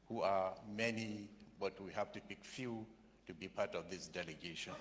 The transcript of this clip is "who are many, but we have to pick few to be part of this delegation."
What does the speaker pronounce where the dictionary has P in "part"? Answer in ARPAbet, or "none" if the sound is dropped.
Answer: P